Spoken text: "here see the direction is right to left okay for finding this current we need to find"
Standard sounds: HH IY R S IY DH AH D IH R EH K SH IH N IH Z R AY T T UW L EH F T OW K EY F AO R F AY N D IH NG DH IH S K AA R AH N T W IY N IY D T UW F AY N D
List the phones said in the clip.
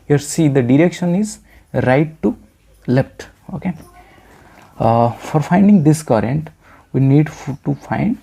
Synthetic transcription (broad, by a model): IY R S IY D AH D IH R EH K SH IH N IH Z R AY T T UW L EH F T OW K EY F AO R F AY N D IH NG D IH S K AA R AH N T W IY N IY D T UW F AY N D